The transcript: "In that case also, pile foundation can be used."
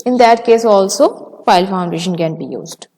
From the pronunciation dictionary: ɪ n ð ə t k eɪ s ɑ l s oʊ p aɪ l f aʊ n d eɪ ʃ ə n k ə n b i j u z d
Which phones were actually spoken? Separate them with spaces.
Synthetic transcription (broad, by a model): ɪ n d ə t k eɪ s ɑ l s oʊ f aɪ l f aʊ n d eɪ ʃ ə n k ə n b i j u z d